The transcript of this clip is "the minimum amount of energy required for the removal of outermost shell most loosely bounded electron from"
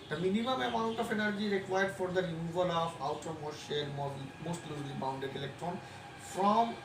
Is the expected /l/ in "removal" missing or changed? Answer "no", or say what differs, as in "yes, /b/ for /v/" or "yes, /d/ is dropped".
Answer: no